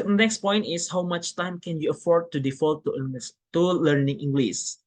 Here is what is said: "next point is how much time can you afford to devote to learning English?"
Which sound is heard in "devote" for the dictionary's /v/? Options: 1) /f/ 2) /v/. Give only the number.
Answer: 1